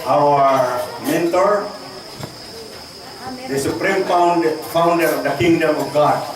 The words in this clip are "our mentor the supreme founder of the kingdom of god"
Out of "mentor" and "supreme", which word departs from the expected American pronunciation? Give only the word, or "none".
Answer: none